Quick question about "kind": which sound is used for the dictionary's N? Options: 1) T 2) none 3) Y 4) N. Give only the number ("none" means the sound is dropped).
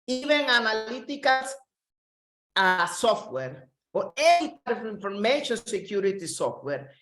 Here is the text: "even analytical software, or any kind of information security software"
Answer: 2